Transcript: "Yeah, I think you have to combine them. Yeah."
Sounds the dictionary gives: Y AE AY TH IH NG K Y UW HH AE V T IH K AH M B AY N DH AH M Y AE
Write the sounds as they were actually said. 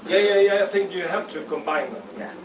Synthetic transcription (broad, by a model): Y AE AY TH IH NG K Y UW HH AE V T IH K AH M B AY N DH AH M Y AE